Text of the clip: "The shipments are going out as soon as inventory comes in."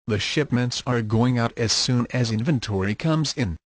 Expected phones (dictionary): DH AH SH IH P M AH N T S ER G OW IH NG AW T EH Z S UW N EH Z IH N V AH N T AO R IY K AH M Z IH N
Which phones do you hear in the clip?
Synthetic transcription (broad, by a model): DH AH SH IH P M AH N T S ER G OW IH NG AW T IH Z S UW N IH Z IH N V AH N T AO R IY K AH M Z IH N